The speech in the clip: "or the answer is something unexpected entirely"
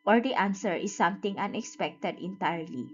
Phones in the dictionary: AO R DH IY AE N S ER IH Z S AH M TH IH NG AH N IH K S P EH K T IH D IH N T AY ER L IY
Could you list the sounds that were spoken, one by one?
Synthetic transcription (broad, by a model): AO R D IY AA N S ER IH S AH M T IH NG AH N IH K S P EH K T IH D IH N T AY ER L IY